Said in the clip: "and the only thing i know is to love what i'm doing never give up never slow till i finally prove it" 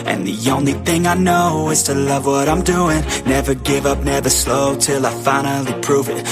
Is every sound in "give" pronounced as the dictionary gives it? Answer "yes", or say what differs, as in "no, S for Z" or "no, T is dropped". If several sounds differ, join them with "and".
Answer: yes